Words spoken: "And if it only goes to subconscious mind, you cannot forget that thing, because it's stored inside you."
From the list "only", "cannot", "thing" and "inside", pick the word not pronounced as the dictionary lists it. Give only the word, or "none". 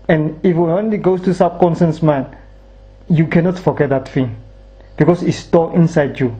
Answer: thing